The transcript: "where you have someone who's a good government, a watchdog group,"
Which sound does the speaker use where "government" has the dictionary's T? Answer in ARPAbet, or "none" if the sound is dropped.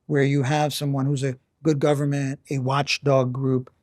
T